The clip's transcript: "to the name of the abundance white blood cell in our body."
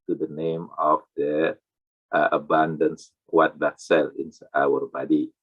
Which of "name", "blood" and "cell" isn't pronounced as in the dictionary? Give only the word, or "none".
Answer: blood